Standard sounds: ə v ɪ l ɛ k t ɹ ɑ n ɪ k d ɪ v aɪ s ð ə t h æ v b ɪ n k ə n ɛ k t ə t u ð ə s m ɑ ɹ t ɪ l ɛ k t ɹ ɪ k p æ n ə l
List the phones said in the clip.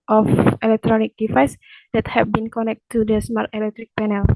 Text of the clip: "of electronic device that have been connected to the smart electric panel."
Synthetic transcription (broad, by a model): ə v ɪ l ɛ k t ɹ ɑ n ɪ k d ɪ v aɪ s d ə t h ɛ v b ɪ n k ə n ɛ k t t u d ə s m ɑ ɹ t ɪ l ɛ k t ɹ ɪ k p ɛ n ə l